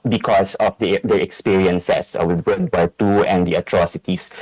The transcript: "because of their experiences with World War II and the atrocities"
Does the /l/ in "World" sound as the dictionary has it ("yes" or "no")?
no